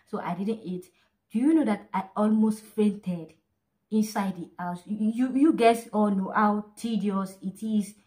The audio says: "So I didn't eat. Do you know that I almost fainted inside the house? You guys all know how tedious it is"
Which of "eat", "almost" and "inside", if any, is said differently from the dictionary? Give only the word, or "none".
none